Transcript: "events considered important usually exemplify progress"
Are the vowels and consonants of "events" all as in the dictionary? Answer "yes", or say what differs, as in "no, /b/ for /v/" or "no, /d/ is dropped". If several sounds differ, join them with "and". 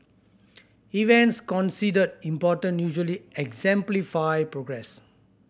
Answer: yes